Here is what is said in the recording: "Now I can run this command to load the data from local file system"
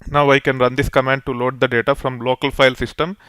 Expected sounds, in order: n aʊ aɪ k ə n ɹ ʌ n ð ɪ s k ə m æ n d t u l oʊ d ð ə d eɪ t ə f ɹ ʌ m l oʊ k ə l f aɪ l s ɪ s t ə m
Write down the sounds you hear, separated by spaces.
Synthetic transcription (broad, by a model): n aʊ aɪ k ə n ɹ ʌ n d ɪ s k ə m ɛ n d t u l oʊ d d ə d eɪ t ə f ɹ ʌ m l oʊ k ə l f aɪ l s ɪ s t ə m